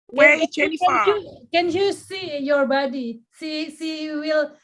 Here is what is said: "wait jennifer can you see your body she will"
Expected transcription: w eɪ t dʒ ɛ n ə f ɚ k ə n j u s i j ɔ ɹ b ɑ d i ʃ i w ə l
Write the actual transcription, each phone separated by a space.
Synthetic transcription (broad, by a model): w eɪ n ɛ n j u k ə n j u s i j ɔ ɹ b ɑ d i s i w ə l